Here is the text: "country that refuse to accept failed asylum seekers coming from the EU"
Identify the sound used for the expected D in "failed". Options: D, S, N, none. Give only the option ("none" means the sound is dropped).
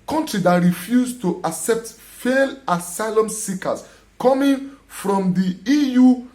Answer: none